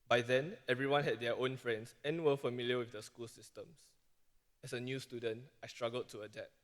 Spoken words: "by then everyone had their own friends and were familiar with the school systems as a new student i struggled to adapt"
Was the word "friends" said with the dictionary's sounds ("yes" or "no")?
no